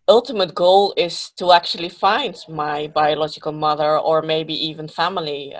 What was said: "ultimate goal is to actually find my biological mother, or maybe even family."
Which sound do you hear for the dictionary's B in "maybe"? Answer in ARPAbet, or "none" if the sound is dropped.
B